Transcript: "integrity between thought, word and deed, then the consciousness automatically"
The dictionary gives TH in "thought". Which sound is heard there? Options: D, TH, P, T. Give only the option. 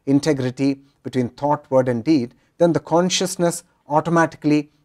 T